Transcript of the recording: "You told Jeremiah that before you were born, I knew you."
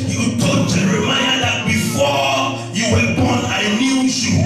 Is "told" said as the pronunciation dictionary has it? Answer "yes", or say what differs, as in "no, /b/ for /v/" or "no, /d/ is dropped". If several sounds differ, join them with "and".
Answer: no, /l/ is dropped